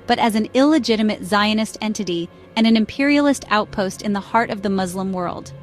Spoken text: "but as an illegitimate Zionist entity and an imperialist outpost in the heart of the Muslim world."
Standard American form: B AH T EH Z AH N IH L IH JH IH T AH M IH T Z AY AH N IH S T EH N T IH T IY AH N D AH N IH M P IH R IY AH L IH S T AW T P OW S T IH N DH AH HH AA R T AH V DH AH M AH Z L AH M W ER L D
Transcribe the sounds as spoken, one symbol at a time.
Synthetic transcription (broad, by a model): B AH T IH Z AH N IH L IH JH IH T AH M IH T Z AY AH N IH S T EH N T IH T IY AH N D AH N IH M P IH R IY L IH S T AW T P OW S T IH N DH AH HH AA R T AH V DH AH M AH Z L AH M W ER L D